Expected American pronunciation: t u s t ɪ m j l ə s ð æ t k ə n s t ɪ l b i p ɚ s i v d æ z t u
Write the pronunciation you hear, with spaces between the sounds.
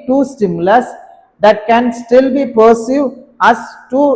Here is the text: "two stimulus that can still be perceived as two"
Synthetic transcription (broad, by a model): t u s t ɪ m j l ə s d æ t k ə n s t ɪ l b i p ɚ s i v æ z t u